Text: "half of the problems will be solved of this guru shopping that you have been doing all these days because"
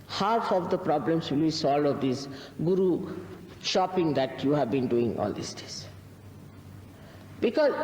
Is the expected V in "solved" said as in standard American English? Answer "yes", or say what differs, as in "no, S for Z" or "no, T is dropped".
no, V is dropped